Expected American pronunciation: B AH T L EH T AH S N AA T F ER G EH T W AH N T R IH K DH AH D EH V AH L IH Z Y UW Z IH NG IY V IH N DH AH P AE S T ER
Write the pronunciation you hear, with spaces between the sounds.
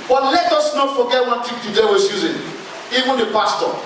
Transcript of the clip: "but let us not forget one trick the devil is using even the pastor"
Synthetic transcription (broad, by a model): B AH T L EH T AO S N AA T F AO G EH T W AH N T IH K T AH D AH W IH S Y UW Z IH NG IY V IH N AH P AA S T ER